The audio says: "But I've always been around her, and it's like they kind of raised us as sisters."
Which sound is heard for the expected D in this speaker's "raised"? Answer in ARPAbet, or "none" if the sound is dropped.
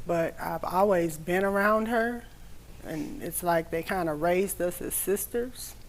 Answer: D